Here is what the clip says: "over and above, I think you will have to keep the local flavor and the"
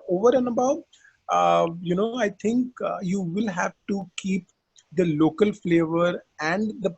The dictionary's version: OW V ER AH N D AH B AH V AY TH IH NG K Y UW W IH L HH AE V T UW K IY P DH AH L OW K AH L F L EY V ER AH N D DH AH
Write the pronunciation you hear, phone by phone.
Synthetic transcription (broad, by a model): OW V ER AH N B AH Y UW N AY T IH NG K Y UW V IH L HH AE V T UW K IY P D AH L OW K AH L F L EY V ER AH N D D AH